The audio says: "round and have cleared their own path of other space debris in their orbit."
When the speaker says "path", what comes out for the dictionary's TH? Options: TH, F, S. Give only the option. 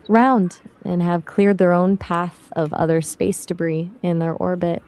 TH